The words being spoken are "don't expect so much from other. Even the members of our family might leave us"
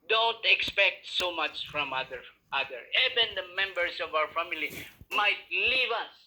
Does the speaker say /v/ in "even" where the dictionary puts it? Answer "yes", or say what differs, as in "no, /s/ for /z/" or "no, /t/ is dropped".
no, /b/ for /v/